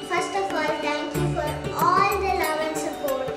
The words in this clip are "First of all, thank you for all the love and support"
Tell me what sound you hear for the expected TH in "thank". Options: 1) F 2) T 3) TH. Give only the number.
2